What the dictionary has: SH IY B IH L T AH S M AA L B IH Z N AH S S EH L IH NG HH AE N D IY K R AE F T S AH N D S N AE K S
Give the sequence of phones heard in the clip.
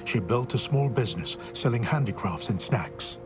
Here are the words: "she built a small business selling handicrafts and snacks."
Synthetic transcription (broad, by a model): SH IY B IH L T AH S M AA L B IH Z N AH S S EH L IH NG HH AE N D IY K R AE F T S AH N S N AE K S